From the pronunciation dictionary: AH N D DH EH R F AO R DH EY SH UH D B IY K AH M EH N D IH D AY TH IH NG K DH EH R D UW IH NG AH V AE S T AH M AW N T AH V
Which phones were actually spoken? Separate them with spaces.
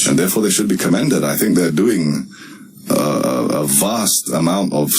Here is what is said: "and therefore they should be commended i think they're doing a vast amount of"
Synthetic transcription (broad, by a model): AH N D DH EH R F AO R DH EY SH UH D B IY K AH M EH N D IH D AY TH IH NG K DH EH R D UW IH NG AH V AE S T AH M AW N T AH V